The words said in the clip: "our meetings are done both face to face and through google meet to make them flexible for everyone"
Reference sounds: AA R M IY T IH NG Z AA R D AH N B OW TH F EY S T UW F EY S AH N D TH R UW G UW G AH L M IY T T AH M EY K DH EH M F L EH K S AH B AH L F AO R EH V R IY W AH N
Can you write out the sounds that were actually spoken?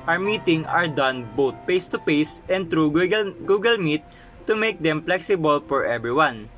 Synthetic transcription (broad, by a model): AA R M IY T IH NG AA R D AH N B OW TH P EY S T UW P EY S AH N D T R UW G UW G AH L M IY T T AH M EY K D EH M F L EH K S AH B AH L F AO R EH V R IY W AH N